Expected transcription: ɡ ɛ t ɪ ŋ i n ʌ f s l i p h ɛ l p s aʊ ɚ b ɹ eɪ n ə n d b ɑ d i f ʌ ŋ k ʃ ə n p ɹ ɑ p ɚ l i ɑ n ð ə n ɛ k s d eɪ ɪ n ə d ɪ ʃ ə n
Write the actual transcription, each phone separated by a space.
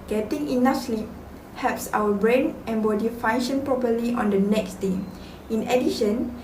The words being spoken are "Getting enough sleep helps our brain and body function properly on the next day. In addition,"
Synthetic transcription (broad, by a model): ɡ ɛ t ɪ ŋ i n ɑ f s l i p h ɛ p s aʊ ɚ b ɹ eɪ n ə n b ɑ d i f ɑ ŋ ʃ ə n p ɹ ɑ p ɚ l i ɑ n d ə n ɛ k s d eɪ ɪ n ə d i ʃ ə n